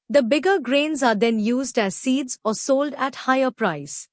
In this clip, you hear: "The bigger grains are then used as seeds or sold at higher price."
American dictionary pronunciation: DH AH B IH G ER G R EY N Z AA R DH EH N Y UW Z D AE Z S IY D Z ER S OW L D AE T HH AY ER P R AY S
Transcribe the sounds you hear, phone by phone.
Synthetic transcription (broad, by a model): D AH B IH G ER G R EY N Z AA R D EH N Y UW Z D AE Z S IY D Z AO S OW L D AE T HH AY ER P R AY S